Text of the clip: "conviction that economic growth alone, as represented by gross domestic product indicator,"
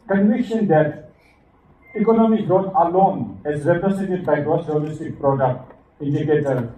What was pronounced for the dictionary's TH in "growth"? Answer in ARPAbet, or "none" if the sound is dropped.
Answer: T